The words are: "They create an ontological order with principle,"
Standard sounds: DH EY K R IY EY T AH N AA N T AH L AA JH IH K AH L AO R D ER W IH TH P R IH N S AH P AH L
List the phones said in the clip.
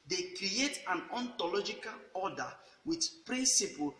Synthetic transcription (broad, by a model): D EY K R IY EY T AH N AA N T AH L AA JH IH K AH L AO D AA W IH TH P R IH N S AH P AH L